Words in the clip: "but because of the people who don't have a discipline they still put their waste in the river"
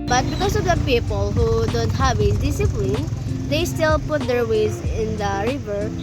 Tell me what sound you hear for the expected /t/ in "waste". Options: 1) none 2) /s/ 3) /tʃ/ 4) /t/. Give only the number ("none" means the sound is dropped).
1